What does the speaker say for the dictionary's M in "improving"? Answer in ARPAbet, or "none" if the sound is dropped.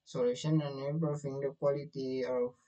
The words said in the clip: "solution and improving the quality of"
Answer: none